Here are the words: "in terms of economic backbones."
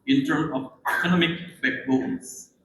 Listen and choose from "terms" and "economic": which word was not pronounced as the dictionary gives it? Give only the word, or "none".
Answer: terms